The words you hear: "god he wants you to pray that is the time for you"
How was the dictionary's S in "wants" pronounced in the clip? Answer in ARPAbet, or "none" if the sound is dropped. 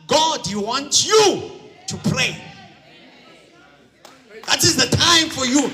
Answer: none